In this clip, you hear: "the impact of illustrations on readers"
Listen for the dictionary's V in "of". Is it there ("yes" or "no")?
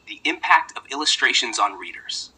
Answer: yes